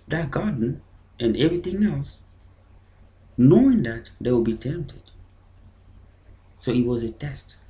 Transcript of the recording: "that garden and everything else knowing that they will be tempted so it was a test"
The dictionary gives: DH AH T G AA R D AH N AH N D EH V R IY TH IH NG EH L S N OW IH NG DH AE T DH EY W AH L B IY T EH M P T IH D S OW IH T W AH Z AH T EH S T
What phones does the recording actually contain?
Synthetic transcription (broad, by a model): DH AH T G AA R D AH N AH N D EH V R IY TH IH NG EH L S N OW IH NG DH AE T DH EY W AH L B IY T EH M P T IH D S OW IH T W AH Z AH T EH S T